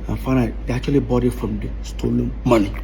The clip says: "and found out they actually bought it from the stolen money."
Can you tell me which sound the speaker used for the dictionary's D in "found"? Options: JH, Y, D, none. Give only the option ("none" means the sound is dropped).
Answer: none